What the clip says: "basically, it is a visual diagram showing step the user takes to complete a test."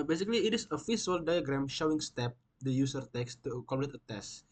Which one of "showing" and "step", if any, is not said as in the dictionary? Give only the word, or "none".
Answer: none